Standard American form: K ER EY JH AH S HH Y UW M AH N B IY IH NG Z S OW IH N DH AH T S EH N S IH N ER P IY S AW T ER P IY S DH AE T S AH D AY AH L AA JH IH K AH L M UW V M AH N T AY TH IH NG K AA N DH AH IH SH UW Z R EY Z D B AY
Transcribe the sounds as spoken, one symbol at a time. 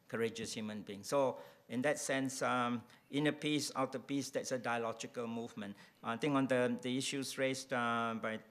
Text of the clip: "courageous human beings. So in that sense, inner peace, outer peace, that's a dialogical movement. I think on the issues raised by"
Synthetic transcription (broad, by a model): K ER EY JH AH S HH Y UW M AH N B IY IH NG S OW IH N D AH T S EH N S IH N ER P IY S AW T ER P IY S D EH T S AH D AY AH L AA JH IH K AH L M UW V M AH N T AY T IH NG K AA N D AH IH SH UW S R EY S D B AY